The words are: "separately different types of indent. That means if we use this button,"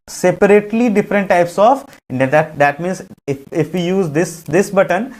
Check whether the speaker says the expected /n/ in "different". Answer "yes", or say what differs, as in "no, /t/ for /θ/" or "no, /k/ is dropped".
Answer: yes